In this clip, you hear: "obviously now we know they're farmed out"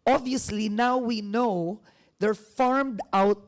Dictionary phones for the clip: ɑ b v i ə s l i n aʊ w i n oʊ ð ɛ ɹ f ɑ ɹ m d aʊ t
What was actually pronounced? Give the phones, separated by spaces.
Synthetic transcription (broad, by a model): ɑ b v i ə s l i n aʊ w i n oʊ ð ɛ ɹ f ɑ ɹ m d aʊ t